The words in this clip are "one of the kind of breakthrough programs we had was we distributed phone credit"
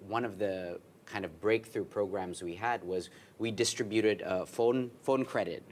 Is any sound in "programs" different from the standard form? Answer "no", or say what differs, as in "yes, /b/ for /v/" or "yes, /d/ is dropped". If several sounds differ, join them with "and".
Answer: no